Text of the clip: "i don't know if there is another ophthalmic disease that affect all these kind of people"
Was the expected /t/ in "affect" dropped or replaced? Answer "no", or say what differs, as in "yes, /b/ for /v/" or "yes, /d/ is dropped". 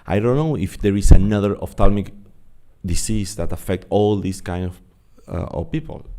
no